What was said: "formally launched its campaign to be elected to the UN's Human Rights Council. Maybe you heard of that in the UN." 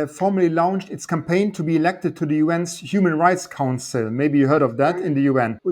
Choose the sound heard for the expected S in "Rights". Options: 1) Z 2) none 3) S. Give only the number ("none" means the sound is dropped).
3